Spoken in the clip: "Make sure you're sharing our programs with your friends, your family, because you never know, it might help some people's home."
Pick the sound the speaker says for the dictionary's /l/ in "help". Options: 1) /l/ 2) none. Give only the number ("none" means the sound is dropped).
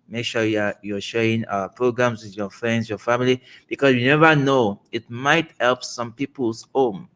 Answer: 1